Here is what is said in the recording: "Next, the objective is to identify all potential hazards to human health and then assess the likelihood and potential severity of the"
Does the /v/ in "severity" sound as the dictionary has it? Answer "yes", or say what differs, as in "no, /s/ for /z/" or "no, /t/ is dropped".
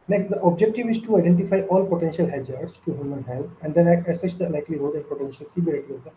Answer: no, /b/ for /v/